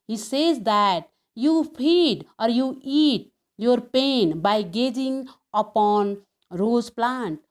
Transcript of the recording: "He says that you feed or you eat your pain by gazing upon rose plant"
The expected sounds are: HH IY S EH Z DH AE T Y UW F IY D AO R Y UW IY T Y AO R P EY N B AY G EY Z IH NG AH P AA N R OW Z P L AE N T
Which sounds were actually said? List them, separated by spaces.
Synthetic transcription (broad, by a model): HH IY S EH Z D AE T Y UW P IY D AO R Y UW IY T Y AO R P EY N B AY G EY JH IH NG AH P AA N R OW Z P L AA N T